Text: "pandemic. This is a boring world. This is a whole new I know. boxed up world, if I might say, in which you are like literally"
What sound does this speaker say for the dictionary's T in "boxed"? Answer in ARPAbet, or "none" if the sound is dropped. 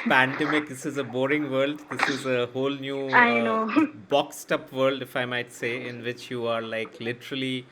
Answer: T